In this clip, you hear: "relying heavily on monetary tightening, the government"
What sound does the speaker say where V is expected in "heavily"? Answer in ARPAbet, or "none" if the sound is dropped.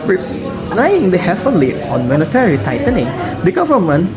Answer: F